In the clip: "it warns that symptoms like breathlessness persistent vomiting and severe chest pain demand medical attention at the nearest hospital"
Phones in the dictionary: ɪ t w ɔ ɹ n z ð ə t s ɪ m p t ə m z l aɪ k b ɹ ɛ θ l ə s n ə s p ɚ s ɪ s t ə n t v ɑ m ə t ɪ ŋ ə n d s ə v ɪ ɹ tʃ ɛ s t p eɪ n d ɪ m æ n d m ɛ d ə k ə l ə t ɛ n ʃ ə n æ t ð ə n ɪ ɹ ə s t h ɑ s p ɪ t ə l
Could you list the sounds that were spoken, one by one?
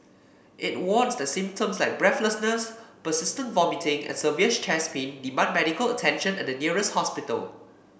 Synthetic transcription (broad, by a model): ɪ t w ɔ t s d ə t s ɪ m p t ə m s l aɪ k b ɹ ɛ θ l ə s n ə s p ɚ s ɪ s t ə n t v ɑ m ə t ɪ ŋ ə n s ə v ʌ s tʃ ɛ s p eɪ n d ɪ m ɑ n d m ɛ d ə k ə l ə t ɛ n ʃ ə n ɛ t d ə n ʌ ɹ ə s t h ɑ s p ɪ t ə l